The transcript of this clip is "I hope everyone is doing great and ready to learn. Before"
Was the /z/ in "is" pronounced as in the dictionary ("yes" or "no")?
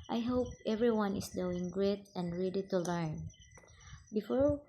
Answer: no